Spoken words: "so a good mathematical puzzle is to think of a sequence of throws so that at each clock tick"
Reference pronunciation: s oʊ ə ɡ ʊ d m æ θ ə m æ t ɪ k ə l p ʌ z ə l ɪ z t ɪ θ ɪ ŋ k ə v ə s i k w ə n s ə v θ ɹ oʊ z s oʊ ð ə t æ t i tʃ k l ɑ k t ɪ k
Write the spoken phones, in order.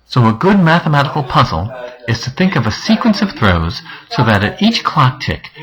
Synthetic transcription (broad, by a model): s oʊ ə ɡ ʊ d m æ θ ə m æ t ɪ k l p ʌ z l ɪ z t ɪ θ ɪ ŋ k ə v ə s i k w ə n s ə v θ ɹ oʊ z s oʊ ð ə t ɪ t i tʃ k l ɑ k t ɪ k